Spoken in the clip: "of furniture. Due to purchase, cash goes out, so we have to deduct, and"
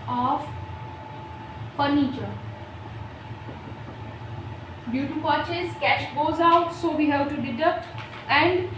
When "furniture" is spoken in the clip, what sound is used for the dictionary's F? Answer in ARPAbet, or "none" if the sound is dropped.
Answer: P